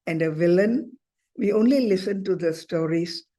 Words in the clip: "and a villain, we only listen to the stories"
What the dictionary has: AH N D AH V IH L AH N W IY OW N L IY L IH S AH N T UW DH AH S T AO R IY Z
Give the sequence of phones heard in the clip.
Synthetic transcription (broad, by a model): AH N D AH V IH L AH N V IY OW N L IY L IH S AH N T UW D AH S T AO R IY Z